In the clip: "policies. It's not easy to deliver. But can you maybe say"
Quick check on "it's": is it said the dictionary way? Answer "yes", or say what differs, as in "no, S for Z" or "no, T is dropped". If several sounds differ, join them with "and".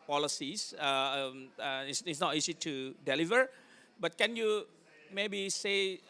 no, S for T